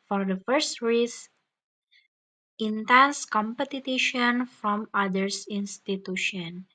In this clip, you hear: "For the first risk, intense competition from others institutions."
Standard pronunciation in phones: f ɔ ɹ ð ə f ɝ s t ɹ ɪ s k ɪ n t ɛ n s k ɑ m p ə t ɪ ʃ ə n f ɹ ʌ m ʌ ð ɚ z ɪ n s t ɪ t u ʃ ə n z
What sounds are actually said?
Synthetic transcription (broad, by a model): f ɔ ɹ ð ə f ɝ s t ɹ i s ɪ n t ɛ n s k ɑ m p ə t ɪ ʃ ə n f ɹ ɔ m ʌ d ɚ s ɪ n s t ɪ t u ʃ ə n